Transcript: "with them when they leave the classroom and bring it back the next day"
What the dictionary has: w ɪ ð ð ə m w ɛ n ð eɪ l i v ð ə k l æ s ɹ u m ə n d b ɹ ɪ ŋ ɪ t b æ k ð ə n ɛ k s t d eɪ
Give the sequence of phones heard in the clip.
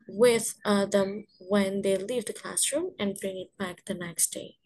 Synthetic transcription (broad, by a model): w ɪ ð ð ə m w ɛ n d eɪ l i v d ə k l æ s ɹ u m ə n d b ɹ ɪ ŋ ɪ t b æ k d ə n ɛ k s t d eɪ